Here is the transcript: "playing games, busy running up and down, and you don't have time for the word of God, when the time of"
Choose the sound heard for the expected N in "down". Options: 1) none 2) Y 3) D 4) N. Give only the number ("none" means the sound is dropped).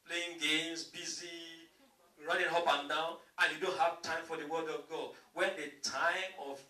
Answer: 4